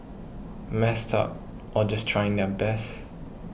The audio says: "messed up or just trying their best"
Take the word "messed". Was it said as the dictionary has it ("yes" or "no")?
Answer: yes